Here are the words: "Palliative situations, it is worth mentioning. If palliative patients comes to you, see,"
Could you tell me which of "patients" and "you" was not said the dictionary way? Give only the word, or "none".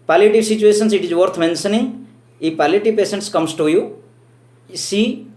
patients